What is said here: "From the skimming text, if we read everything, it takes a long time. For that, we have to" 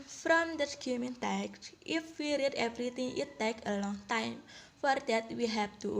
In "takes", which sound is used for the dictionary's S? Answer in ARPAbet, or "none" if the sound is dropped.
none